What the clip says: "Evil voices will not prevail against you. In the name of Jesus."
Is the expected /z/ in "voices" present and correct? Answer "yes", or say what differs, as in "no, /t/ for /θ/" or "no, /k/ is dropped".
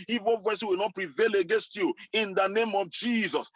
no, /z/ is dropped